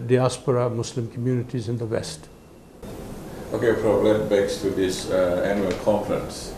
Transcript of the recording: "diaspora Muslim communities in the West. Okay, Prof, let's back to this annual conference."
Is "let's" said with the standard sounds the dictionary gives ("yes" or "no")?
no